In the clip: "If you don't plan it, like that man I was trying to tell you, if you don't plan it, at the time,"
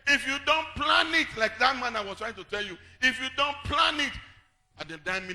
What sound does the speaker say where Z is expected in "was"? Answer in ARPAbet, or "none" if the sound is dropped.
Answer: S